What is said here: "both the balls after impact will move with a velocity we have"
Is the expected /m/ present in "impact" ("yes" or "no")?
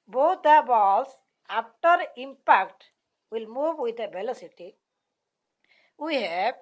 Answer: yes